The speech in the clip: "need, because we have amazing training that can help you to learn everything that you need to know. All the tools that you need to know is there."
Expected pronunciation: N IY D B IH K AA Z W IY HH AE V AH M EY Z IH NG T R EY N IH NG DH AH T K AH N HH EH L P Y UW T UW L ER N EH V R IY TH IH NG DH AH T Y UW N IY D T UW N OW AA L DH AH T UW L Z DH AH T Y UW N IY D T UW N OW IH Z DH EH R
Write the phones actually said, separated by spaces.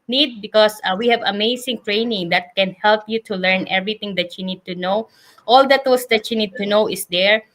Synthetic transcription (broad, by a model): N IY D B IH K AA S W IY HH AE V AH M EY S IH NG T R EY N IH NG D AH T K AH N HH EH L P Y UW T UW L ER N EH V R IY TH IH NG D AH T Y UW N IY D T UW N OW AA L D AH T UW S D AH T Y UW N IY D T UW N OW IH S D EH R